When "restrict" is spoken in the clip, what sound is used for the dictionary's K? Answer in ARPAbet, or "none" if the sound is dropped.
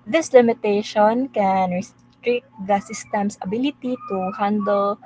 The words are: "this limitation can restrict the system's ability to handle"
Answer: none